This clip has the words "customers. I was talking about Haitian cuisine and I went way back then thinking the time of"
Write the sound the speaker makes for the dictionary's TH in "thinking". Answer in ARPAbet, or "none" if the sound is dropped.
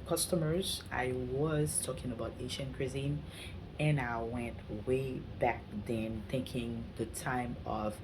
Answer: TH